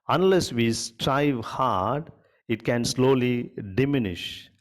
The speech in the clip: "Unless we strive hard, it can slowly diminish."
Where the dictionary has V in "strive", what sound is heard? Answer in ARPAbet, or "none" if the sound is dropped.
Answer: V